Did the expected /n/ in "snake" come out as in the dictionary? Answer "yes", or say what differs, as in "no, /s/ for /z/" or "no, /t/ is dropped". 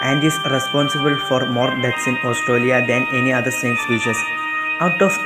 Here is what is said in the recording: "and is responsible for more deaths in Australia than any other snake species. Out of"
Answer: no, /n/ is dropped